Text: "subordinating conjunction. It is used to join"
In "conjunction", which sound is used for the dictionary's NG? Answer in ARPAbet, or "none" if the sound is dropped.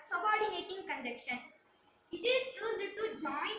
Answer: none